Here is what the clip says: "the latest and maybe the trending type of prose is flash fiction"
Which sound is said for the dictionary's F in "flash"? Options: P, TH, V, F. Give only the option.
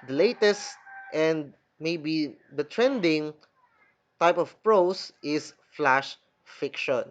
F